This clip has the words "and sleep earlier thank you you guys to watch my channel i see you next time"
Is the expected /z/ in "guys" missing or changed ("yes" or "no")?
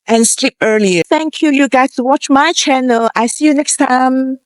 yes